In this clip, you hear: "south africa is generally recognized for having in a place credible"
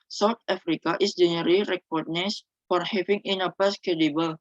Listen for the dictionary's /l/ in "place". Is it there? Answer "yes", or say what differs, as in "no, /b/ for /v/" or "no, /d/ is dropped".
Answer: no, /l/ is dropped